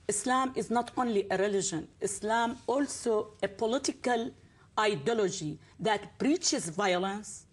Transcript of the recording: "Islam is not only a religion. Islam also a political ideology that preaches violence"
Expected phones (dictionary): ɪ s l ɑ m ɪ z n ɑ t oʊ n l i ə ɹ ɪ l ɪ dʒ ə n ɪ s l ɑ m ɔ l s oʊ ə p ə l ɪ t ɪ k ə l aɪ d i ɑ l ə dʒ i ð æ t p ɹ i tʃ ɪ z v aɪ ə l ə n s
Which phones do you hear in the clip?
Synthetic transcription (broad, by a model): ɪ s l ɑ m ɪ z n ɑ t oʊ n l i ə ɹ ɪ l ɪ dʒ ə n ɪ s l ɑ m ɔ l s oʊ ə p ə l ɪ t ɪ k ə l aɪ d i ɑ l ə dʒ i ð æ t b ɹ i tʃ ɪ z v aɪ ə l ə n s